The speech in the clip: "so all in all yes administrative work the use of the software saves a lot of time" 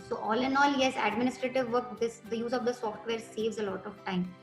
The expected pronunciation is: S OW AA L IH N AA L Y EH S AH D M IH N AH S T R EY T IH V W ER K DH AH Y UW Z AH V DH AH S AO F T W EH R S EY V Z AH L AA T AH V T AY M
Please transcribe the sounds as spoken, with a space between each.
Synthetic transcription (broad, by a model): S OW AA L IH N AA L Y EH S AH D M IH N AH S T R EY T IH V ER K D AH Y UW Z AH V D AH S AO F T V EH R S EY V Z AH L AA T AH V T AY M